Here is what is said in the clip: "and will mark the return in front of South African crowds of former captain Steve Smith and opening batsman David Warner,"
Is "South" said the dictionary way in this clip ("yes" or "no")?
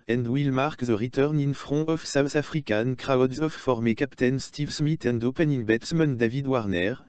no